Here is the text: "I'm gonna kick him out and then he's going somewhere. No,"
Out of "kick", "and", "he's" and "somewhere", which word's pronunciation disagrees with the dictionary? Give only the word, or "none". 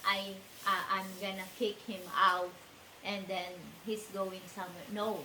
he's